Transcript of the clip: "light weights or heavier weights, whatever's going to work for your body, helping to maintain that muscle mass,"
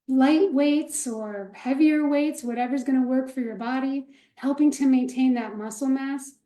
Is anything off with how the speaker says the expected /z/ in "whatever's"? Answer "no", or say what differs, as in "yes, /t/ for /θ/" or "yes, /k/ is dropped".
no